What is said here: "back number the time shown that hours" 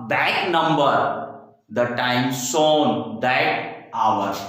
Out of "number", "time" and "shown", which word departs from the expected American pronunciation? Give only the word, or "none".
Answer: shown